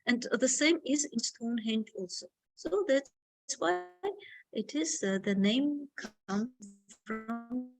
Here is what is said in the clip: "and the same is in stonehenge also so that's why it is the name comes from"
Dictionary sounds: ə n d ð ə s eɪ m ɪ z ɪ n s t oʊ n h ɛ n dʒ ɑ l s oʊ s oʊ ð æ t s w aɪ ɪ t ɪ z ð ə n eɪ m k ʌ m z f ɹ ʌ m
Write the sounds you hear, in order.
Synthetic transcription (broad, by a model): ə n ð ə s eɪ m ɪ z ɪ n s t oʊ n h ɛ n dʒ ɑ l s oʊ s oʊ ð æ t s w aɪ ɪ t ɪ z ð ə n eɪ m k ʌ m f ɹ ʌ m